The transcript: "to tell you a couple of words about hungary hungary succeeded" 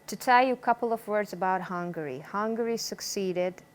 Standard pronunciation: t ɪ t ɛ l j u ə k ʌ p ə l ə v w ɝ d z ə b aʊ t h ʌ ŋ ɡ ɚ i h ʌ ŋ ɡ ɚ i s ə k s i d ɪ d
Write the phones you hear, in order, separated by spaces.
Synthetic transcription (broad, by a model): t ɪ t ɛ l j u ə k ʌ p l ə v w ɝ d z ə b aʊ t h ʌ ŋ ɡ ɚ i h ʌ ŋ ɡ ɚ i s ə k s i d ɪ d